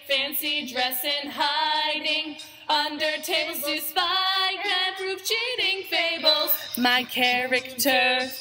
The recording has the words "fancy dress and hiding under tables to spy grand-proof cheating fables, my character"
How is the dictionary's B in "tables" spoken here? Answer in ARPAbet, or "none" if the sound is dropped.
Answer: none